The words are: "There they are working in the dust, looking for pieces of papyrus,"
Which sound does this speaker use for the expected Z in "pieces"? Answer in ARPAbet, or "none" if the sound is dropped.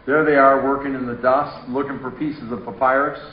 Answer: Z